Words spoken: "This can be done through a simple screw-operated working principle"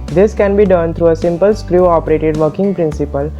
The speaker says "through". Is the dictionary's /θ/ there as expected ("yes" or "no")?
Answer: no